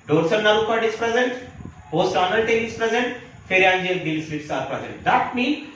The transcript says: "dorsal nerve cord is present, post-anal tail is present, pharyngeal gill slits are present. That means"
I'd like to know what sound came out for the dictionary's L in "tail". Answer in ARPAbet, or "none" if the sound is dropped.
N